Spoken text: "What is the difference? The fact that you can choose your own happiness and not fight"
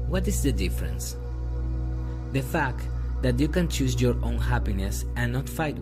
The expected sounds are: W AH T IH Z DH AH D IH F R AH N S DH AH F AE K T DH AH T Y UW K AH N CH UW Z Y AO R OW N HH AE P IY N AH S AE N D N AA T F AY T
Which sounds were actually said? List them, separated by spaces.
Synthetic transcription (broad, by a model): W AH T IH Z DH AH D IH F R AH N S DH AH F AE K T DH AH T Y UW K AH N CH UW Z Y AO R OW N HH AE P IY N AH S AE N N AA T F AY T